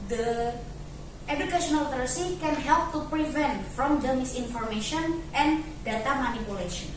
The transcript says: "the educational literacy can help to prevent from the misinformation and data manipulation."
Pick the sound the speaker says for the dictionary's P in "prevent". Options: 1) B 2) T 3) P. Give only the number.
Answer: 3